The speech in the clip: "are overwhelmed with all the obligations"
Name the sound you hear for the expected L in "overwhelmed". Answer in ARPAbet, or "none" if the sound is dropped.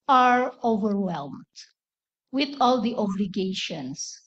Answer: L